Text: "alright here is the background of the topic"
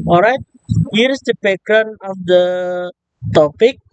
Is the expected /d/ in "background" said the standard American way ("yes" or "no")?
no